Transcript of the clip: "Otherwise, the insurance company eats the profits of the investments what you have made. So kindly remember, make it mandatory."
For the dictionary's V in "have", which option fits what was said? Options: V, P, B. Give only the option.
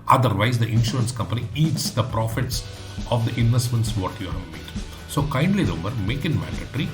V